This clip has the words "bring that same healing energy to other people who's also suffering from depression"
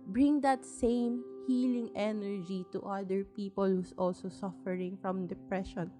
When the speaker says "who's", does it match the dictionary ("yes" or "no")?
no